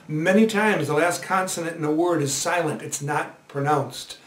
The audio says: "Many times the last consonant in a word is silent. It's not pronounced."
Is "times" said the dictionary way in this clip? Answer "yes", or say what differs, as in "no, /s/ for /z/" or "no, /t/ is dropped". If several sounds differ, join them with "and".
yes